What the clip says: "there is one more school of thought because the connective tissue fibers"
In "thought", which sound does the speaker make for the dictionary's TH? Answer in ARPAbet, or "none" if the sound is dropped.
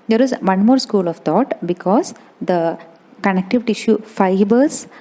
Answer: T